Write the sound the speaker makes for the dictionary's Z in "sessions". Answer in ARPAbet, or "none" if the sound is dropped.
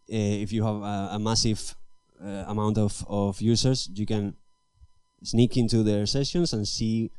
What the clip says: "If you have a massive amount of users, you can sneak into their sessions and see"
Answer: S